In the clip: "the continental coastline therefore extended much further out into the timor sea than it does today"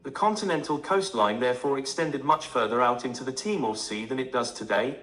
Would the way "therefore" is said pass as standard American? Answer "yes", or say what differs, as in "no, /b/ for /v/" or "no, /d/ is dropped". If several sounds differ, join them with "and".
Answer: yes